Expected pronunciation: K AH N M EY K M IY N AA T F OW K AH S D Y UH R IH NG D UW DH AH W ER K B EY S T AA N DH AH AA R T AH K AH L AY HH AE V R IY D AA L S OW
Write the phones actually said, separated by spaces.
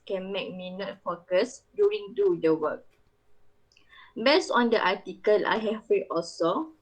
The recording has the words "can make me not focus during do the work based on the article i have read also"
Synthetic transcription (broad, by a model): K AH N M EY K M IY N AA T F OW K AH S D Y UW R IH NG D UW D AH W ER K B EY S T AA N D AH AA T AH K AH L AY HH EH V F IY AA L S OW